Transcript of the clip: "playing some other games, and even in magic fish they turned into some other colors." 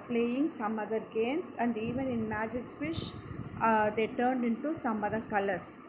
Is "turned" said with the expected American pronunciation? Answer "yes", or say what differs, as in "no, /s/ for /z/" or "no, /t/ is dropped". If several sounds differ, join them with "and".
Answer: yes